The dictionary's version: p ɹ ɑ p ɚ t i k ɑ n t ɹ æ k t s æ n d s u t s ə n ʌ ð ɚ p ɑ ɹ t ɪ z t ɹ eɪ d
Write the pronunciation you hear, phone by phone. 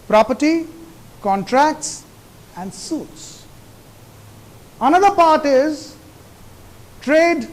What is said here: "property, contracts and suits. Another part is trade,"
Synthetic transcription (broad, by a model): p ɹ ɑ p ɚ t i k ɑ n t ɹ æ k t s æ n d s u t s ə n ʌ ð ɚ p ɑ ɹ t ɪ z t ɹ eɪ d